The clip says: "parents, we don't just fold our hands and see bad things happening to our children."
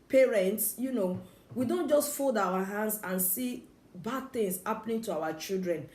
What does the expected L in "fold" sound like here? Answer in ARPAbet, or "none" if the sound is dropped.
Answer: L